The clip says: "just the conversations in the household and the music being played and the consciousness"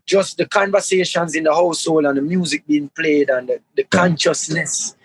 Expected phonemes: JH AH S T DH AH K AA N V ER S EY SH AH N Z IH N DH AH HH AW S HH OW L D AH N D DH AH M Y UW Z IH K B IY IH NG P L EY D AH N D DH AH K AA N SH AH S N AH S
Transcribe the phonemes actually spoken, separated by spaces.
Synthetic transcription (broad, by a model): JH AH S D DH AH K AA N V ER S EY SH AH N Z IH N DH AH HH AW S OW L AH N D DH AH M Y UW Z IH K B IY IH NG P L EY D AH N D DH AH K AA N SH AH S N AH S